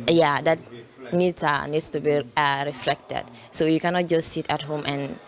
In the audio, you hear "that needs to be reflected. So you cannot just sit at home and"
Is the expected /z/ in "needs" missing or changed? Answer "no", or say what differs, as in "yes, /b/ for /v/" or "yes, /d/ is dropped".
yes, /s/ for /z/